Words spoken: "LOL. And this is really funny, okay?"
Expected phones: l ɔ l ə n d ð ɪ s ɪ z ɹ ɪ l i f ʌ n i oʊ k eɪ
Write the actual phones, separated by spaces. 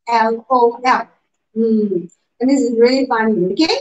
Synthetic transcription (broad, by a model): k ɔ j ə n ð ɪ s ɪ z ɹ ɪ l i f ʌ n i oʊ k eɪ